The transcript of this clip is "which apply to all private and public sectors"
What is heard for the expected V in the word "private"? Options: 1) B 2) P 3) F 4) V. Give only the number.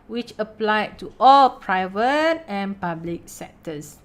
4